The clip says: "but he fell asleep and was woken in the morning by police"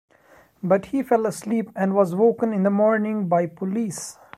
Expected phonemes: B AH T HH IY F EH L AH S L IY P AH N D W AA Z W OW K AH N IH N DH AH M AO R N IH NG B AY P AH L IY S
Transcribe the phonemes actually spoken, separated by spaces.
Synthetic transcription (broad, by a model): B AH T HH IY F EH L AH S L IY P AH N D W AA Z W OW K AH N IH N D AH M AO R N IH NG B AY P AH L IY S